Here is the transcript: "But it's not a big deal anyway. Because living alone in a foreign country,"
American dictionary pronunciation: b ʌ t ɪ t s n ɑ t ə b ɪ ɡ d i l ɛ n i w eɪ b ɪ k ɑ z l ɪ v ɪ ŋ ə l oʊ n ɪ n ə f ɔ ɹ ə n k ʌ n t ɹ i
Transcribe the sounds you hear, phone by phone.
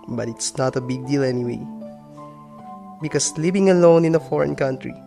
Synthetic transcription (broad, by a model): b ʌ t ɪ t s n ɑ t ə b ɪ ɡ d i l ɛ n i w eɪ b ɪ k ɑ s l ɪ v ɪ ŋ ə l oʊ n ɪ n ə f ɔ ɹ ə n k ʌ n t ɹ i